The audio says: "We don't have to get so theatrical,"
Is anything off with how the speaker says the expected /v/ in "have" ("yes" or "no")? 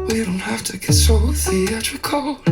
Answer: yes